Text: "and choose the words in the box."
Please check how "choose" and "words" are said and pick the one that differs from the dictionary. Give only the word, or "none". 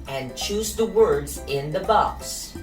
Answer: none